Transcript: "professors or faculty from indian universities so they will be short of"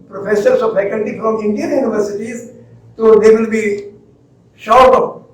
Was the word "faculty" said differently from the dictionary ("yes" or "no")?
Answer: yes